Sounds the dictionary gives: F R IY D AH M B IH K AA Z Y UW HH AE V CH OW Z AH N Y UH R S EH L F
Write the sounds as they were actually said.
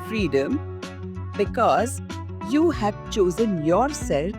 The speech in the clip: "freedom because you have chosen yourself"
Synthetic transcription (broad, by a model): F R IY D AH M B IH K AA Z Y UW HH AE V CH OW Z AH N Y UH R S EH L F